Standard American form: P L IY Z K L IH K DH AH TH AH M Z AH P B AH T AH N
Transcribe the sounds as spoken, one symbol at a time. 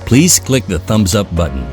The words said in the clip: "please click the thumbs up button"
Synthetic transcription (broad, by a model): P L IY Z K L IH K DH AH TH AH M Z AH P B AH T N